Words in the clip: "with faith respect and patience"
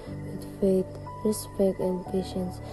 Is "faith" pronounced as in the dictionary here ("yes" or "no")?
no